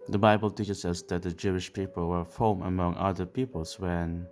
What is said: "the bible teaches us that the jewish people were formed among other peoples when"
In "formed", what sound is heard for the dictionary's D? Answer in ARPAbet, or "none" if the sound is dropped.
none